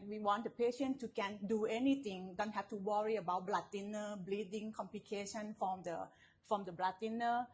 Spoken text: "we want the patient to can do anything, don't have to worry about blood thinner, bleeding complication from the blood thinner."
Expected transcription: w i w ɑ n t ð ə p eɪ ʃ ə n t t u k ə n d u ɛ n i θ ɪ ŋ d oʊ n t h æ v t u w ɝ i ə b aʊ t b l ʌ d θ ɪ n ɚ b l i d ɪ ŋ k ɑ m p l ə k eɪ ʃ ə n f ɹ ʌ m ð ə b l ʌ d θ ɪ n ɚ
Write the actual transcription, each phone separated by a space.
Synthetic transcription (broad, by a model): w i w ɑ n t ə p eɪ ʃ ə n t t u k ə n d u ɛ n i t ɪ ŋ d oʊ n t h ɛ f t u w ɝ i ə b aʊ t b l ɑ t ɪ n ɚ b l i d ɪ ŋ k ɑ m p l ə k eɪ ʃ ə n f ɹ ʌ m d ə b l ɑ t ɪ n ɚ